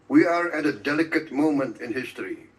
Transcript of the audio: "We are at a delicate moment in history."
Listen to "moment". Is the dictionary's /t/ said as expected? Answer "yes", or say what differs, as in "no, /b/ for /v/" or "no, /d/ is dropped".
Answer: yes